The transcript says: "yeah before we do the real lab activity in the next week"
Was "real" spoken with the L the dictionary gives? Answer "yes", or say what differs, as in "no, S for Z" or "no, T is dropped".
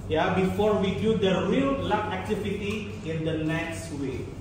yes